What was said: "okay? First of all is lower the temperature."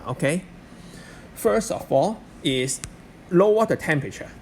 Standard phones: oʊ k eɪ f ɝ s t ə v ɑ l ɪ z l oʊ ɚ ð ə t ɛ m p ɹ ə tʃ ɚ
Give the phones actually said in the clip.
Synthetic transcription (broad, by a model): oʊ k eɪ f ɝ s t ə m ɑ l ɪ s l oʊ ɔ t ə t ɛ m p ɹ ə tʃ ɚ